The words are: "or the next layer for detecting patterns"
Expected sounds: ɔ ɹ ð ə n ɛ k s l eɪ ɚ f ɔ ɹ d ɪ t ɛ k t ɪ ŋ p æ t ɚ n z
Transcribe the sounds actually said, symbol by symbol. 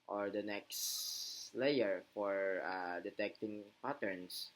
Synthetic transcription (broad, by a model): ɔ ɹ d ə n ɛ k s l eɪ ɚ f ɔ ɹ d ɪ t ɛ k t ɪ ŋ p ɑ t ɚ n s